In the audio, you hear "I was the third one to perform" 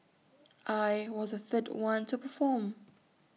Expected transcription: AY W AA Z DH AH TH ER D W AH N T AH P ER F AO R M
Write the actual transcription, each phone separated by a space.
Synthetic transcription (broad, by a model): AY W AA Z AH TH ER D W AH N T AH P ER F AO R M